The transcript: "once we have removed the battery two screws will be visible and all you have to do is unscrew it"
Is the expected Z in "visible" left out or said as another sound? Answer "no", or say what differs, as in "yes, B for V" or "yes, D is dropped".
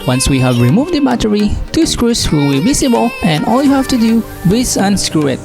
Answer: yes, S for Z